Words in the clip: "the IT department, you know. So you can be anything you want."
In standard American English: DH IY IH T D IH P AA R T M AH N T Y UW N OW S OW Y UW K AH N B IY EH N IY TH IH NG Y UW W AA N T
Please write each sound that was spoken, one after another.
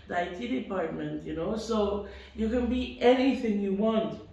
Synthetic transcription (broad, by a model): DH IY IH T D IH P AA R T M AH N T Y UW N OW S OW Y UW K AH N B IY EH N IY TH IH NG Y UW W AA N T